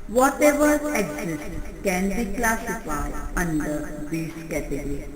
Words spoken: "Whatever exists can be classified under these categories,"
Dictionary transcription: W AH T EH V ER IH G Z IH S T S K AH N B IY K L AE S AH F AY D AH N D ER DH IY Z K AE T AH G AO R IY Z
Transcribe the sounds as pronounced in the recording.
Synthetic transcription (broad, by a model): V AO T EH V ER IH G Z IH S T K AH N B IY K L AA S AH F AY AH N D ER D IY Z K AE T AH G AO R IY